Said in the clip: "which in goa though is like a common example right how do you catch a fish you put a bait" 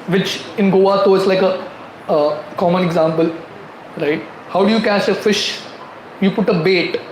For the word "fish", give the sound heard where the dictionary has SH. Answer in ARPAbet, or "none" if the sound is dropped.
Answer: SH